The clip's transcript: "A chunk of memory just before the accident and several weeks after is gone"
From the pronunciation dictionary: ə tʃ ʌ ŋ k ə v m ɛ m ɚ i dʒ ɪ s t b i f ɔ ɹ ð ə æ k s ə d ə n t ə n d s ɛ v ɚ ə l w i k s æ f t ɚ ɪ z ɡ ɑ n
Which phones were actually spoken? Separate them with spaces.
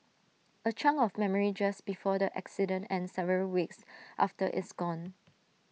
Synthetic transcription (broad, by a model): ə tʃ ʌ ŋ ə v m ɛ m ɚ i dʒ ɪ s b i f ɔ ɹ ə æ k s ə d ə n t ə n s ɛ v ɚ ə l w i k s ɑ f t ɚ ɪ s ɡ ɑ n